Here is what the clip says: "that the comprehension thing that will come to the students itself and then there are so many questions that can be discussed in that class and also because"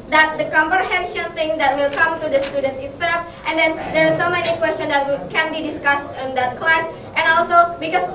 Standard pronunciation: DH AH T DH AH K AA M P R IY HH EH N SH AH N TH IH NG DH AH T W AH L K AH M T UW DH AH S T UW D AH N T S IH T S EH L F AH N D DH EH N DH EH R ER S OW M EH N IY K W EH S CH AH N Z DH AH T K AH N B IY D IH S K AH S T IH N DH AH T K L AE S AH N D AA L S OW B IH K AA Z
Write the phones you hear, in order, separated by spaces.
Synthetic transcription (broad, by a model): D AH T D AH K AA M P R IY HH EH N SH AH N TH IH NG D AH T W AH L K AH M T UW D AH S T UW D AH N T S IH T S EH L F AH N D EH N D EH R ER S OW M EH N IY K W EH S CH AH N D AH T K AH N B IY D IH S K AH S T IH N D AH T K L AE S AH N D AA L S OW B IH K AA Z